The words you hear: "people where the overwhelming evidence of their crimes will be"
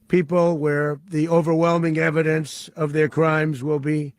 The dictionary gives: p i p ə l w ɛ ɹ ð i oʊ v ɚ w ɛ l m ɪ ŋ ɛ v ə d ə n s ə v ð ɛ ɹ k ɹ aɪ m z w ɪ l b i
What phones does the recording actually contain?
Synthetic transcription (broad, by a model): p i p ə l w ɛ ɹ ð i oʊ v ɚ w ɛ l m ɪ ŋ ɛ v ə d ə n s ə v ð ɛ ɹ k ɹ aɪ m z w ɪ l b i